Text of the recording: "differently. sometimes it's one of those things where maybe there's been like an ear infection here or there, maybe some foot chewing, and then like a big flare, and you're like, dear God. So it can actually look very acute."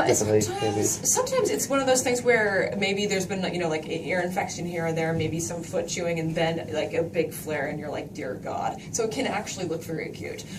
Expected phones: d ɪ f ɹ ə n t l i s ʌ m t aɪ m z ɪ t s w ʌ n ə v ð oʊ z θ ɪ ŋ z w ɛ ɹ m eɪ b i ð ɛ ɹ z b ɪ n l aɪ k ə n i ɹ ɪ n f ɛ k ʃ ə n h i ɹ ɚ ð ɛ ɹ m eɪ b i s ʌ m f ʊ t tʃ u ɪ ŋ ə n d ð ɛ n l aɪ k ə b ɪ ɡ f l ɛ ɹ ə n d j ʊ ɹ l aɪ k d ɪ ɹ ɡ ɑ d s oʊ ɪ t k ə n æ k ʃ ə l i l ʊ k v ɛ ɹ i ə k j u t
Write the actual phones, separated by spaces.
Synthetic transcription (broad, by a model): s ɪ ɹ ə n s s ʌ m t aɪ m z ɪ t s w ʌ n ə v ð oʊ z θ ɪ ŋ z w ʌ ɹ m eɪ b i ð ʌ ɹ z b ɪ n l aɪ k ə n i ɹ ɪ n f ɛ k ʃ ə n h i ɹ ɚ ð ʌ ɹ m eɪ b i s ʌ m f ʊ t tʃ u ɪ ŋ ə n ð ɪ n l aɪ k ə b ɪ ɡ f l ɛ ɹ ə n j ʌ ɹ l aɪ k d ɪ ɹ ɡ ɑ d s oʊ ɪ t k ə n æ k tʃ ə l i l ʊ k f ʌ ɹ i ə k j u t